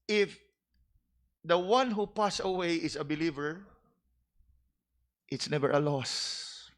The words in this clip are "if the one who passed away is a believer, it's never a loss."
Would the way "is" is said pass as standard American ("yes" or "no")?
no